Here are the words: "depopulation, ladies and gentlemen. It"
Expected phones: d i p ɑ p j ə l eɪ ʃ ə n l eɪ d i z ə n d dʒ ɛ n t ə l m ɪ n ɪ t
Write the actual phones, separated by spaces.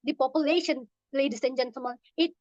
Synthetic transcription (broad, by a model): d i p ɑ p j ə l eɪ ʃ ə n l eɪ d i s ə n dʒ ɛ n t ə m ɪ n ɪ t